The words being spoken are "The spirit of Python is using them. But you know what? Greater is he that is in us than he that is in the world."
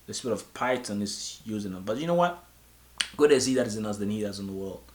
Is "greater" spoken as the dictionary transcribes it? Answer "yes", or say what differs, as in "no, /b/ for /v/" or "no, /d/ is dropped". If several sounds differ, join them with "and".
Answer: no, /ɹ/ is dropped